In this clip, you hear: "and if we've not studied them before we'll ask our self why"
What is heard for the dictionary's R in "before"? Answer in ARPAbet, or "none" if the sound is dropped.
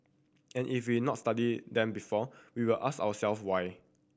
W